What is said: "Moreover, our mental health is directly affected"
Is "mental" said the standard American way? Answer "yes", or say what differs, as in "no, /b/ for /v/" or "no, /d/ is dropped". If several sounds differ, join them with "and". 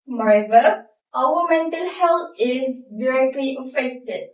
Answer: yes